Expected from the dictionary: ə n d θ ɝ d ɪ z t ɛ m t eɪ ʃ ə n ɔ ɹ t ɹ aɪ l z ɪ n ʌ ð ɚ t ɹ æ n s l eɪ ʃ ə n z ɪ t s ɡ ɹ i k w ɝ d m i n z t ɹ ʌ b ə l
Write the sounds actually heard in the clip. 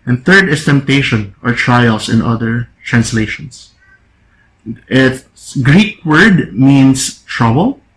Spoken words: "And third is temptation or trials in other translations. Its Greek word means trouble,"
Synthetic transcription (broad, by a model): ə n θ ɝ d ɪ s t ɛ m t eɪ ʃ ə n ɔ ɹ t ɹ aɪ l s ɪ n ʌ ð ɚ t ɹ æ n s l eɪ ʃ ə n s ɪ t s ɡ ɹ i k w ɝ d m i n s t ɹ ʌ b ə l